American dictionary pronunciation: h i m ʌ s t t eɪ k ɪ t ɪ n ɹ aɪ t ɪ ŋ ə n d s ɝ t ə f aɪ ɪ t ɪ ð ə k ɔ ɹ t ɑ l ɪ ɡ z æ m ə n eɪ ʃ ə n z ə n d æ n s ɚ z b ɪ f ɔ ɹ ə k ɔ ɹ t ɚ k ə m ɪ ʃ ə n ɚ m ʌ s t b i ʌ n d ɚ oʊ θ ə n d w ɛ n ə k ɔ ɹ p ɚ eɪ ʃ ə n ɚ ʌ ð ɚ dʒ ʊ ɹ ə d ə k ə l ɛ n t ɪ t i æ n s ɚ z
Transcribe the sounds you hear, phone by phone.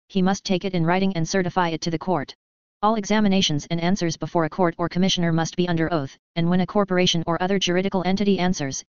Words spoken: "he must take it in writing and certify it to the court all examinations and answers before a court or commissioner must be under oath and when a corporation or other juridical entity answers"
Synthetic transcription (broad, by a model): h i m ʌ s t t eɪ k ɪ t ɪ n ɹ aɪ t ɪ ŋ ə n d s ɝ t ə f aɪ ɪ t ɪ ð ə k ɔ ɹ t ɑ l ɪ ɡ z æ m ə n eɪ ʃ ə n z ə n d æ n s ɚ z b ɪ f ɔ ɹ ə k ɔ ɹ t ɚ k ə m ɪ ʃ ə n ɚ m ʌ s t b i ʌ n d ɚ oʊ θ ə n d w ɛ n ə k ɔ ɹ p ɚ eɪ ʃ ə n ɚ ʌ ð ɚ dʒ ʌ ɹ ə d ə k l ɛ n t ɪ t i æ n s ɚ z